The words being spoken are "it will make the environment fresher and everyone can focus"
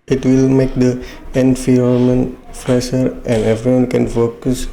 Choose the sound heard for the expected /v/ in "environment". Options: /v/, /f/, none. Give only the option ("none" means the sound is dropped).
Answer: /f/